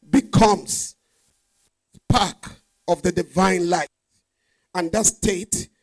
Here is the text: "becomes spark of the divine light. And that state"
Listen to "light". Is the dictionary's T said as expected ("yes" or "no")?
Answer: no